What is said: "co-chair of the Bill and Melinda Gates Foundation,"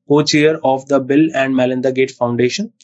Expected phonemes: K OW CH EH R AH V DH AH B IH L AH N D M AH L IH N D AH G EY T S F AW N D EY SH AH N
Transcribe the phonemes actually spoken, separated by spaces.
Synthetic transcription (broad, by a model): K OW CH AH R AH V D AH B IH L AH N D M AH L IH N D AH G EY T F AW N D EY SH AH N